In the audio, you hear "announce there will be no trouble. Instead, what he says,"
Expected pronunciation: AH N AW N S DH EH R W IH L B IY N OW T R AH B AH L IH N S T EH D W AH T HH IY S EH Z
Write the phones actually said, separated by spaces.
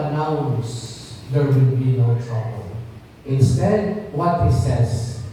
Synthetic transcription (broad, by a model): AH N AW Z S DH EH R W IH N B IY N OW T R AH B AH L IH N S T EH D W AH T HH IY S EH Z